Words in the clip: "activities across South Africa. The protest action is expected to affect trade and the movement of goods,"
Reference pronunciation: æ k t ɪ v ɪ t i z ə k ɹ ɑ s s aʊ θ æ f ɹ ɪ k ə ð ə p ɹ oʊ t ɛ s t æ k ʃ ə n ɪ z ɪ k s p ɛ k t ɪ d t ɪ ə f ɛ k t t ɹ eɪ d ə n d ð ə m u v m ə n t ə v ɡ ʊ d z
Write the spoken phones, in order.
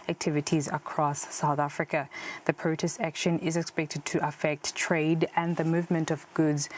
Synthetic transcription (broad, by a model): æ k t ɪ v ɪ t i z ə k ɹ ɑ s s aʊ θ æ f ɹ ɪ k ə ð ə p ɹ oʊ t ɛ s t æ k ʃ ə n ɪ z ɪ k s p ɛ k t ɪ d t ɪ ə f ɛ k t t ɹ eɪ d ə n ð ə m u v m ə n t ə v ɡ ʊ d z